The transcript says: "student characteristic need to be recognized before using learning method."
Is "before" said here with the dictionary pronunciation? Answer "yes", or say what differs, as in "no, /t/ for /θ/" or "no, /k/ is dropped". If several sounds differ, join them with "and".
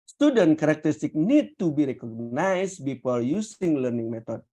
no, /p/ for /f/ and /l/ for /ɹ/